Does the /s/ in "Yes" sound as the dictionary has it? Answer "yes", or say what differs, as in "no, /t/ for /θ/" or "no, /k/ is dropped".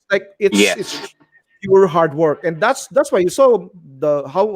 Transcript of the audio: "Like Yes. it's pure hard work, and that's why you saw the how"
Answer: no, /s/ is dropped